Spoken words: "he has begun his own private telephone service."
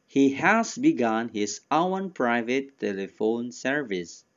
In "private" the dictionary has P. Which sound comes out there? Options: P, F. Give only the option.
P